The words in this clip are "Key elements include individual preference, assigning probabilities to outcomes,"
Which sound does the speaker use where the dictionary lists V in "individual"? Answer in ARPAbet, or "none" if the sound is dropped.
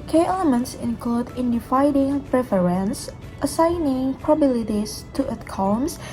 F